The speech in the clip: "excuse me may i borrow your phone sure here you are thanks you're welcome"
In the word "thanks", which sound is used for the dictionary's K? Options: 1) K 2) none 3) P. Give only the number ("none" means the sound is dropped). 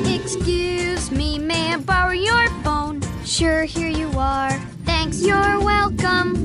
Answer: 1